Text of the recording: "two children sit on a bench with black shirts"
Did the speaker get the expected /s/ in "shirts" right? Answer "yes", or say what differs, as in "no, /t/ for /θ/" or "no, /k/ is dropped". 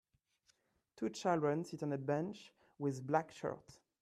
no, /s/ is dropped